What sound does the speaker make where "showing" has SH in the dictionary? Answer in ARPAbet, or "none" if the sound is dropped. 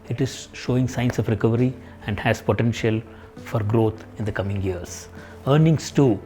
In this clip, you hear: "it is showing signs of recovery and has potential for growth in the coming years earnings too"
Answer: SH